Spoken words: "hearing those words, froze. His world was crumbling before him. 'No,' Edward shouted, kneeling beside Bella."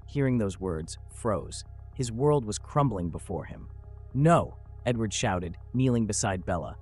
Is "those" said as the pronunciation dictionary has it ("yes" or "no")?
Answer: yes